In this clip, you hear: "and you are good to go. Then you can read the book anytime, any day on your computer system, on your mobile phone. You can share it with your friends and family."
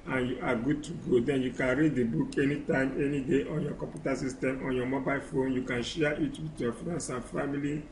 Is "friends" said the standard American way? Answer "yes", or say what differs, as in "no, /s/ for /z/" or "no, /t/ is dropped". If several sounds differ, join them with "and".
no, /s/ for /z/